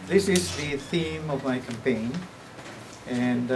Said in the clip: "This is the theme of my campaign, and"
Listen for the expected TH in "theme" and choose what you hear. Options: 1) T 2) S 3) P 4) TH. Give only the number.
4